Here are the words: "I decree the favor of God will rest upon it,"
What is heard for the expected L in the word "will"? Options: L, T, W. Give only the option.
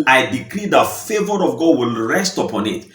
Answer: L